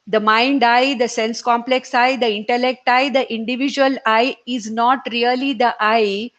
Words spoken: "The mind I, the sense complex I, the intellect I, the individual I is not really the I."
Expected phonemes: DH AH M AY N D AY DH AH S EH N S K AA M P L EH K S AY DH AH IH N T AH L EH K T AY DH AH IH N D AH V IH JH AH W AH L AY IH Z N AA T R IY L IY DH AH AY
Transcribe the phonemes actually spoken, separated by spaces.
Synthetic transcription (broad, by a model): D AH M AY N D AY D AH S EH N S K AA M P L EH K S AY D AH IH N T AH L EH K T AY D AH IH N D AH V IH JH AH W AH L AY IH Z N AA T R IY L IY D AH AY